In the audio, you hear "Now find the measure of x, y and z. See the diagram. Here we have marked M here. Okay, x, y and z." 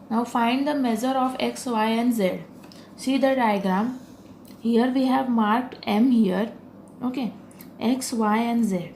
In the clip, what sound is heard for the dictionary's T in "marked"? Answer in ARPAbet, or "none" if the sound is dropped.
T